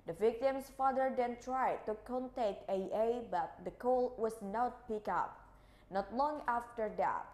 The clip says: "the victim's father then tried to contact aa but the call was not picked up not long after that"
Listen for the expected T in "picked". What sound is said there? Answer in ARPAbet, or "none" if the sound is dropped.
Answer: none